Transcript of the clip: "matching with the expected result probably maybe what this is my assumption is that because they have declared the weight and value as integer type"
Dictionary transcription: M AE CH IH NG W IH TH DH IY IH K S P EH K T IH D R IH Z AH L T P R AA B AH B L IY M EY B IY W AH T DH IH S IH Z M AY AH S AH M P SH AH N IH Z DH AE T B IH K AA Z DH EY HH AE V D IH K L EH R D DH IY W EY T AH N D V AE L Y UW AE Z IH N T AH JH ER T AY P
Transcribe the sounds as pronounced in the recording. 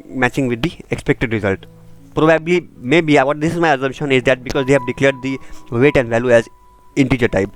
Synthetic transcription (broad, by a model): M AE CH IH NG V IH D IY IH K S P EH K T IH D R IH Z AH L T P R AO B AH B L IY M EY B IY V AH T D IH S IH Z M AY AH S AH M SH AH N IH Z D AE T B IH K AA Z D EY HH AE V D IH K L EH R D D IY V EY T AH N D V AE L Y UW AE Z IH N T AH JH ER T AY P